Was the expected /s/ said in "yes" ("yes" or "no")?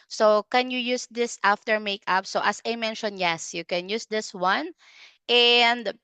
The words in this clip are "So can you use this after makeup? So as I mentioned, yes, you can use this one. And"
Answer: yes